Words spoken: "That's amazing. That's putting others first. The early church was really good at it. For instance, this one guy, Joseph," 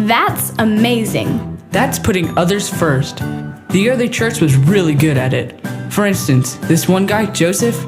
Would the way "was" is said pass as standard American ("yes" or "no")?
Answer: yes